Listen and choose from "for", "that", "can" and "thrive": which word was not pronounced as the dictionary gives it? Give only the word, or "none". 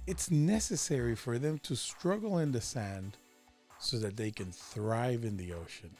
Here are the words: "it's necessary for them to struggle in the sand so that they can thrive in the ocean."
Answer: none